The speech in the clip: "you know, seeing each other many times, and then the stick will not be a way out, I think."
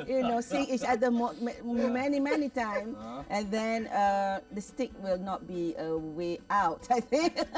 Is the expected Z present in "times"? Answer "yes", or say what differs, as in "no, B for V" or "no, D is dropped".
no, Z is dropped